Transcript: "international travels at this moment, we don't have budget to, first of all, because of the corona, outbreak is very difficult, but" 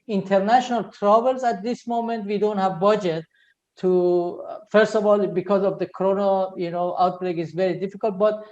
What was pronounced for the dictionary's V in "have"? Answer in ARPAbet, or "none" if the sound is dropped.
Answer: V